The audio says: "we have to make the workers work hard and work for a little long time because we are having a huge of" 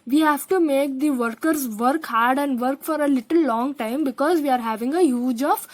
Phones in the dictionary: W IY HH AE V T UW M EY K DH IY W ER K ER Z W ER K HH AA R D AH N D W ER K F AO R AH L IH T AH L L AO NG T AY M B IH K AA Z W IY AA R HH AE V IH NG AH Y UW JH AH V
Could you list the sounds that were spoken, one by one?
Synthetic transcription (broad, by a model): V IY HH AE V T UW M EY K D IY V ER K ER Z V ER K HH AA R D AH N D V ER K F AO R AH L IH T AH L L AO NG T AY M B IH K AA Z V IY AA R HH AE V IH NG AH Y UW JH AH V